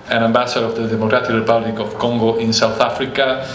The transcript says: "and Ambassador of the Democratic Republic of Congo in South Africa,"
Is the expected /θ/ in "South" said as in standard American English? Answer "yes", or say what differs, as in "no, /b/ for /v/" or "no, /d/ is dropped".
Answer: yes